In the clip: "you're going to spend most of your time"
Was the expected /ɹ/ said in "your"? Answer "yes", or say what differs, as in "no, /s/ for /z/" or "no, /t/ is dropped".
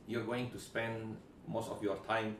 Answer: yes